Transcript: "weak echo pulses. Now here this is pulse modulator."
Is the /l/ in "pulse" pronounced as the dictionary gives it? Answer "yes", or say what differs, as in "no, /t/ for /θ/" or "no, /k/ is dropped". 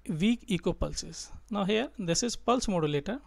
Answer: yes